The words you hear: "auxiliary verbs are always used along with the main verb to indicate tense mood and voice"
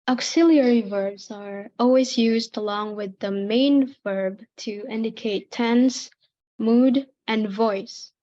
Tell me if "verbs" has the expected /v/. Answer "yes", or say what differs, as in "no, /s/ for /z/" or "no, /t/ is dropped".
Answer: yes